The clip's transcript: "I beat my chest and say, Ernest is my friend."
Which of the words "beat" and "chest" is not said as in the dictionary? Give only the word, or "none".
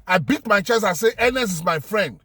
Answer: chest